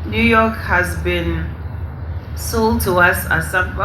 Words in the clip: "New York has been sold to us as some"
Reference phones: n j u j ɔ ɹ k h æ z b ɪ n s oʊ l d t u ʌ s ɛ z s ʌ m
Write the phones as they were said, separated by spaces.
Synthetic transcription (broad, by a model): n j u j ɔ k h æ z b ɪ n s oʊ l d t u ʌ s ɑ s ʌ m